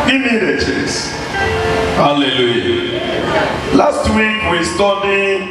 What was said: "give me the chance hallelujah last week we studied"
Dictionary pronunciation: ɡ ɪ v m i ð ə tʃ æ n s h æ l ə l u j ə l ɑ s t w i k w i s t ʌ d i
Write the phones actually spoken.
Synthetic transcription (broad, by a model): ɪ m i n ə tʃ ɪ s h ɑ l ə l u j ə l ɑ s t w i k w i s t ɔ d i